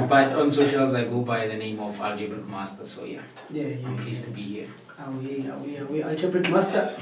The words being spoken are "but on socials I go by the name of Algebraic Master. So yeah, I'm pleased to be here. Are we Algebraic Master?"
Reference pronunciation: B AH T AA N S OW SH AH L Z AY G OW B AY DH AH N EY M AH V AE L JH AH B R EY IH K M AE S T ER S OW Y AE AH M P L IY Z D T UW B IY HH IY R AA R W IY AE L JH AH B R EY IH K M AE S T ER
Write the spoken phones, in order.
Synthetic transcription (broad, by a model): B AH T AA N S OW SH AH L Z AY G OW B AY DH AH N EY M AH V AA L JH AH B R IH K M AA S T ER S OW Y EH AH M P L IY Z T UW B IY HH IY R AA W W IY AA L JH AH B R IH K M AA S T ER